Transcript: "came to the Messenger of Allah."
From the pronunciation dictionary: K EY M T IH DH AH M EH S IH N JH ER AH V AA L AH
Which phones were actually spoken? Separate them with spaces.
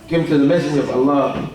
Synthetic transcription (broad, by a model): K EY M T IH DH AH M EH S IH JH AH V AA L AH